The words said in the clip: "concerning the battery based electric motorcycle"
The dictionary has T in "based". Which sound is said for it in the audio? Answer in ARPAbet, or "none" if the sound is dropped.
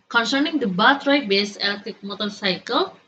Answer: none